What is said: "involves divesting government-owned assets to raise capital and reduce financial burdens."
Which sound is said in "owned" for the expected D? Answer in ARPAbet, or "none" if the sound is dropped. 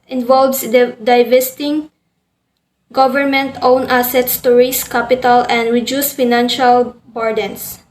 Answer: none